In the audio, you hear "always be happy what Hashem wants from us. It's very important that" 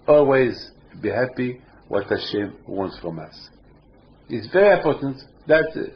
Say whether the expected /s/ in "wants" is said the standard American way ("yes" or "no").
yes